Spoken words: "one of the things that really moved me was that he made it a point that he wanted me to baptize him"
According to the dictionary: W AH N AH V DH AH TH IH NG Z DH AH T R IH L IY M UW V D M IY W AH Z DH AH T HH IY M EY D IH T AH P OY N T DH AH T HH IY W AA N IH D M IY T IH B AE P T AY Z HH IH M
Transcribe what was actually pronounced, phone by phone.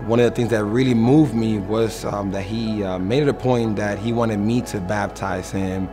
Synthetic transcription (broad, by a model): W AH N AH V DH AH TH IH NG Z DH AH T R IH L IY M UW V D M IY W AH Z DH AH T HH IY M EY D IH T AH P OY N DH AH T HH IY W AA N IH D M IY T IH B AE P T AY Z HH IH M